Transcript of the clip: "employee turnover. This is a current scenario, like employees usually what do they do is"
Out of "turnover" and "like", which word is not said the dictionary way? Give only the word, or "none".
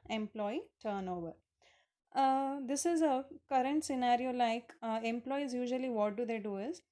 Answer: none